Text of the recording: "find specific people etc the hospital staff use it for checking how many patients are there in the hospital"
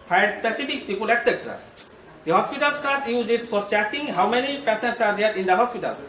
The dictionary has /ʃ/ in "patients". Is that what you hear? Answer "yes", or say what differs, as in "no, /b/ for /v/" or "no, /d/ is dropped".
no, /s/ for /ʃ/